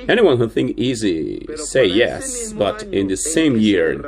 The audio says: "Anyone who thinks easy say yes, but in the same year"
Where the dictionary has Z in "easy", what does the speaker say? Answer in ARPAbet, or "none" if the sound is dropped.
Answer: Z